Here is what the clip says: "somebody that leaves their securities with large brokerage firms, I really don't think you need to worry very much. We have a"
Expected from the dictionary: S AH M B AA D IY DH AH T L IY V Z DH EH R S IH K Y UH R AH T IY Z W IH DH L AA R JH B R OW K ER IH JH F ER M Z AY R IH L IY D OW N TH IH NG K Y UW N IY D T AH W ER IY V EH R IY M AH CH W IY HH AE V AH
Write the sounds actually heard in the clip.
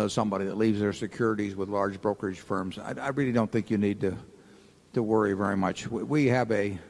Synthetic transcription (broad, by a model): S AH M B AA D IY DH AH T L IY V Z DH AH R S IH K Y UH R AH T IY Z W IH DH L AA R JH B R OW K ER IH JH F ER M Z AY R IH L IY D OW N TH IH NG K Y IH N IY D T AH W ER IY V EH R IY M AH CH W IY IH V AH